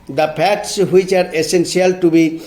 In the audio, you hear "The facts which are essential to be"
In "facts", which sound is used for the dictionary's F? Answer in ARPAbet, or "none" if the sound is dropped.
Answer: P